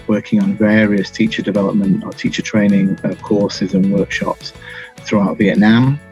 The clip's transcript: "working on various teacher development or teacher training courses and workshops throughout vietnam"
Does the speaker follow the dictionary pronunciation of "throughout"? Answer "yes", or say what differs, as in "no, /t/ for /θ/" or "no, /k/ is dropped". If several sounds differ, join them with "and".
yes